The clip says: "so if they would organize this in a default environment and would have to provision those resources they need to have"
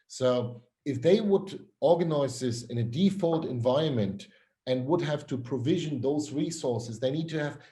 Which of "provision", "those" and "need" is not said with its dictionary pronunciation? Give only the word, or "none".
none